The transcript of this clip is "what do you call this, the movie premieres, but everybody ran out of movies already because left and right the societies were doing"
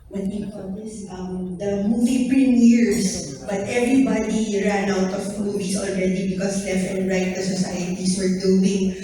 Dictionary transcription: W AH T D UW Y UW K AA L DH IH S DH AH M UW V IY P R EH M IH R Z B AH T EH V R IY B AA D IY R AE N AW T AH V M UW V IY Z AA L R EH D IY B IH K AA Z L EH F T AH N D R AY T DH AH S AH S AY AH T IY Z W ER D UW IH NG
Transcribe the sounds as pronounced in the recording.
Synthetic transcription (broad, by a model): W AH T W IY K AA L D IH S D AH M UW V IY P R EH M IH R S B AH T EH V R IY B AA D IY R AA N AW T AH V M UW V IY S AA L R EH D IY B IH K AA S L EH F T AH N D R AY T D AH S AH S AY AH T IY S W ER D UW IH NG